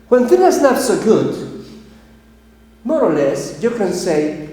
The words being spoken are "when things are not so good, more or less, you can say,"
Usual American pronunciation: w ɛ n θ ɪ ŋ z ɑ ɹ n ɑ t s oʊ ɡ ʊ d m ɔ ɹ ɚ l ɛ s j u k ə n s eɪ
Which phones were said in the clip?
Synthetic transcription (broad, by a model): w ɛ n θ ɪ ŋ ɑ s n ɑ t s oʊ ɡ ʊ d m ɔ ɹ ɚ l ɛ s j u k ə n s eɪ